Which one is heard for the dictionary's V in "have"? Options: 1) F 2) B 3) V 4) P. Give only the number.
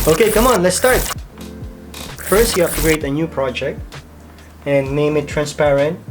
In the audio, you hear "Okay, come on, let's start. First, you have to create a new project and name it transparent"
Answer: 4